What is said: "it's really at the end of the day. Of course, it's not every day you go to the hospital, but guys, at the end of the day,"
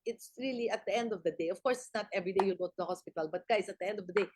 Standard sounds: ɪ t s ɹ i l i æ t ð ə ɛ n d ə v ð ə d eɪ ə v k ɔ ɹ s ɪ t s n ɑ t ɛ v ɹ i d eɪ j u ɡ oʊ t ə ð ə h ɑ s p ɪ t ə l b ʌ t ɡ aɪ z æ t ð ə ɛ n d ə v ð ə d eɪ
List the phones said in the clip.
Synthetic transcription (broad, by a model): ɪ t s ɹ i l i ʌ t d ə ɛ n d ə v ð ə d eɪ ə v k ɔ ɹ s ɪ t s n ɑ t ɛ v ɹ i d eɪ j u ɡ oʊ t ə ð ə h ɑ s p ɪ t ə l b ʌ t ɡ aɪ s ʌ t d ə ɛ n d ə v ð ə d eɪ